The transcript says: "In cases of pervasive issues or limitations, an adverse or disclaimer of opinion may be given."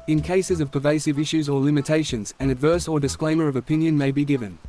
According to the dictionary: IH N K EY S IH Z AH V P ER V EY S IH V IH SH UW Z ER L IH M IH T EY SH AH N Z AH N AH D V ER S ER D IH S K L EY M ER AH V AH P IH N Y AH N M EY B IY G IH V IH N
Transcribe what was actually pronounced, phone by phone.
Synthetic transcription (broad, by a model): IH N K EY S IH Z AH V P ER V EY S IH V IH SH UW Z ER L IH M IH T EY SH AH N Z AH N AH D V ER S ER D IH S K L EY M ER AH V AH P IH N Y AH N M EY B IY G IH V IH N